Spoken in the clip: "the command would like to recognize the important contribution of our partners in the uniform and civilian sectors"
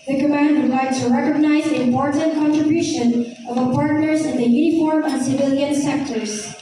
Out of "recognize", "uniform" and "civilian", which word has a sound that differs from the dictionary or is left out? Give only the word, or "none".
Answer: none